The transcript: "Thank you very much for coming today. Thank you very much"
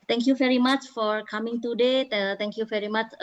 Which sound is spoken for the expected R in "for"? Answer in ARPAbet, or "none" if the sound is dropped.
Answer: R